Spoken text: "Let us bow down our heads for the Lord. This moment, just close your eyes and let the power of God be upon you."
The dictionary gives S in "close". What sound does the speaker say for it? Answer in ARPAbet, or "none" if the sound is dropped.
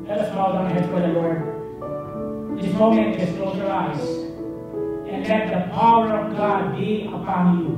none